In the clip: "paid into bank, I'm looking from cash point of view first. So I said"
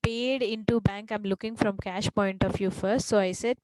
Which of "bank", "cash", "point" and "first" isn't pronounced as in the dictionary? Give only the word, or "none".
none